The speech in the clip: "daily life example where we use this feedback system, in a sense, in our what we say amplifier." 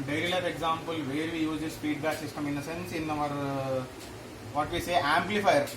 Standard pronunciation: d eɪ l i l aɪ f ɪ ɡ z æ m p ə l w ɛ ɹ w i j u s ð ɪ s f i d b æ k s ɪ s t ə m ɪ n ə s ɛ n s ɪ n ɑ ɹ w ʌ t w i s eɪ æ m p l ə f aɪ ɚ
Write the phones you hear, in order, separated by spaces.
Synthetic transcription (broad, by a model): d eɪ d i l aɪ p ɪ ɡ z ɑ m p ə l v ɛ ɹ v i j u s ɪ s p i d b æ k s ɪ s t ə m ɪ n ə s ɛ n s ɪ n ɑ ɹ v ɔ t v i s eɪ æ m p l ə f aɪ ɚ